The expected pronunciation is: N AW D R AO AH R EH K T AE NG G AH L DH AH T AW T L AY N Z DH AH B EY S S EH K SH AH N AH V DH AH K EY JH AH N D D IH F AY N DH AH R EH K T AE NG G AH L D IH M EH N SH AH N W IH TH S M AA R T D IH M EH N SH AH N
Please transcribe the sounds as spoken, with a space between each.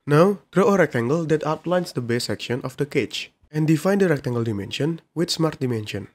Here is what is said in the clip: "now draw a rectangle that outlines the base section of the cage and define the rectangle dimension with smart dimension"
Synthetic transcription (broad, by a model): N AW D R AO AH R EH K T AE NG G AH L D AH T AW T L AY N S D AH B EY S S EH K SH AH N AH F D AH K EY CH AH N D D IH F AY N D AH R EH K T AE NG G AH L D IH M EH N SH AH N W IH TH S M AA R T D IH M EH N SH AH N